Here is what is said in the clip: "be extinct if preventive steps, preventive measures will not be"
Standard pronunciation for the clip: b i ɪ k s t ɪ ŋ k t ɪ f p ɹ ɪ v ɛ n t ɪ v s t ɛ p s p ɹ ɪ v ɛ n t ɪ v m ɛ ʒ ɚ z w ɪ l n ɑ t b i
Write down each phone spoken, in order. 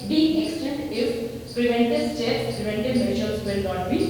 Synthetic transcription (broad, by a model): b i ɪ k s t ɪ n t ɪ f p ɹ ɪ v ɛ n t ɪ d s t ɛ s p ɹ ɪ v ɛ n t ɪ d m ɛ ʃ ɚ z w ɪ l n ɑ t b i